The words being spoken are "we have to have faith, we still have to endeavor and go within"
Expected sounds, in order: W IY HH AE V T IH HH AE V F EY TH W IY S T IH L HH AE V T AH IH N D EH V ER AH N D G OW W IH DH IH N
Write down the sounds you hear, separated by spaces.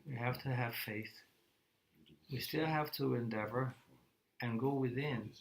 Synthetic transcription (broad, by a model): W IY HH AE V T IH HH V F EY TH W IY S T IH L HH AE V T AH IH N D EH V ER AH N G OW W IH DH IH N